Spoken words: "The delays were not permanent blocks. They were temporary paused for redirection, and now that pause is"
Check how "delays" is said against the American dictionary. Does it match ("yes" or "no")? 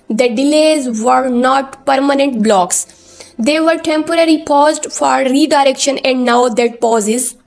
yes